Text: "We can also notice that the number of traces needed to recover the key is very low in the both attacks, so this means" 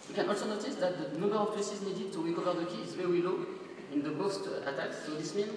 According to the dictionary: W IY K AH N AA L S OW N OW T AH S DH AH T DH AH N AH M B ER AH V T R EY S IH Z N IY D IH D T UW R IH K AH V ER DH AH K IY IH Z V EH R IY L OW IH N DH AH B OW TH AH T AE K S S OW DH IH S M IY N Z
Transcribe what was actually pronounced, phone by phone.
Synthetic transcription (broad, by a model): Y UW K AH N AA L S OW N OW T AH S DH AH T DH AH N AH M B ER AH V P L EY S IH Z N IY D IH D T UW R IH K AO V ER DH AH K IY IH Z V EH W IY L OW IH N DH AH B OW T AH T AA K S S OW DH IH S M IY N